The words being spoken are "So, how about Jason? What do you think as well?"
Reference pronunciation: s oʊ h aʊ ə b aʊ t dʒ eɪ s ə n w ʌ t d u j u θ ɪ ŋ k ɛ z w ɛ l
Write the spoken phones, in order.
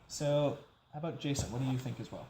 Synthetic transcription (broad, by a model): s oʊ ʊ ə b aʊ t dʒ eɪ s ə n w ʌ t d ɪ j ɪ θ ɪ ŋ k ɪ z w ɛ l